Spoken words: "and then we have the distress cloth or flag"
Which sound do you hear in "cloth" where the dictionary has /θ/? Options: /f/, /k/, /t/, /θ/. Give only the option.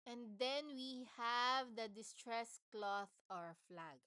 /θ/